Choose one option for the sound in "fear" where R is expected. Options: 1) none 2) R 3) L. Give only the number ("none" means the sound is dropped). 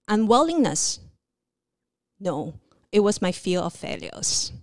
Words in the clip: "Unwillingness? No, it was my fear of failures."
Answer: 3